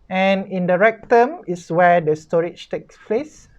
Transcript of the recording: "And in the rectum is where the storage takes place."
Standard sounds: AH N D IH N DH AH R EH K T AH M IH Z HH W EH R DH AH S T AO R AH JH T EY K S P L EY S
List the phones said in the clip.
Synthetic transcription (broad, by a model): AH N IH N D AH R EH K T AH M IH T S W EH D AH S T AO R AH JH T EY K S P L EY S